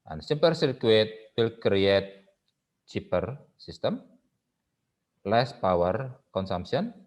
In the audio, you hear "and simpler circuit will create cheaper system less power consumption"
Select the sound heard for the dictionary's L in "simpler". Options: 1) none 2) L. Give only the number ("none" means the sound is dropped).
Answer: 1